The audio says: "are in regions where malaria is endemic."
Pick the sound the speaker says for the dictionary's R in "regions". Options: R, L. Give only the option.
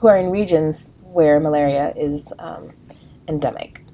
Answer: R